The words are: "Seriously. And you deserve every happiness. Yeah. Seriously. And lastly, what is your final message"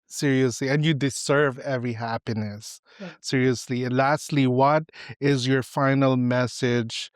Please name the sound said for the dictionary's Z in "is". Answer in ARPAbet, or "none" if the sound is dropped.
Z